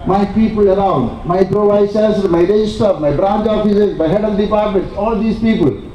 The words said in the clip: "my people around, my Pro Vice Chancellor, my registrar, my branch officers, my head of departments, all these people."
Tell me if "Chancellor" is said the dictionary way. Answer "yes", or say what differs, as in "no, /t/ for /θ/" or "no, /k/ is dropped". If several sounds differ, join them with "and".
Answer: no, /l/ is dropped